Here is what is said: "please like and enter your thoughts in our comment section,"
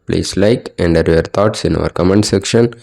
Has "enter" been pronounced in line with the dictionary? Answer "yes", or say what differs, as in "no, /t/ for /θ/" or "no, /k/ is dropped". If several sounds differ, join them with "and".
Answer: no, /n/ is dropped